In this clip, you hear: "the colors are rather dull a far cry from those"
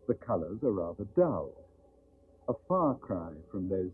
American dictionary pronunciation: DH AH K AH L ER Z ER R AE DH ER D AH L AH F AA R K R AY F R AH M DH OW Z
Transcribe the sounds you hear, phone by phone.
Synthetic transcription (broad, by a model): DH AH K AH L ER Z ER R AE DH ER D AH L AH F AA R K R AY F R AH M DH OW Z